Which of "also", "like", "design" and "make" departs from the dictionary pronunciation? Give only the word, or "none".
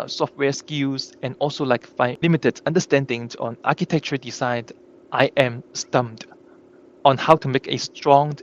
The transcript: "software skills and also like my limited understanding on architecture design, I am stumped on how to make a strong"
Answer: design